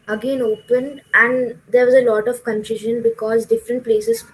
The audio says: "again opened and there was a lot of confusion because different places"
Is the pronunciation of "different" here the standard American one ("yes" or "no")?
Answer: yes